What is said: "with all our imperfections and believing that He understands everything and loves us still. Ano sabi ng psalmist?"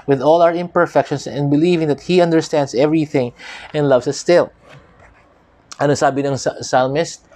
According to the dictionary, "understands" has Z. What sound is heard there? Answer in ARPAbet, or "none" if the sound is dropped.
S